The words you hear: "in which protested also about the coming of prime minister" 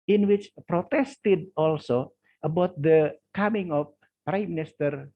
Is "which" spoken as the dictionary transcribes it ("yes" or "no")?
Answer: yes